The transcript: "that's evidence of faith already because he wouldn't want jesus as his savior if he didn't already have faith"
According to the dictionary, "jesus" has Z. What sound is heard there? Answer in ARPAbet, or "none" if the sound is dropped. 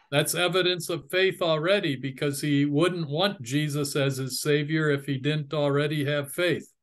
Z